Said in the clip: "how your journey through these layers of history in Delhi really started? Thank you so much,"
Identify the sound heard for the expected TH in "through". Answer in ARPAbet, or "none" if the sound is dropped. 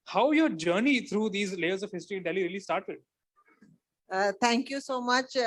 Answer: T